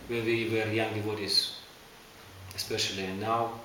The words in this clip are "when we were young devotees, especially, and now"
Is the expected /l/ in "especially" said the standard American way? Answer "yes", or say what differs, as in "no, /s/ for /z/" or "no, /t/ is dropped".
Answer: yes